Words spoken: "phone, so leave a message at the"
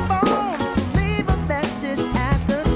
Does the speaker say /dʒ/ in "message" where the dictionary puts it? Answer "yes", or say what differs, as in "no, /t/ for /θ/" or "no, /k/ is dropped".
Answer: no, /z/ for /dʒ/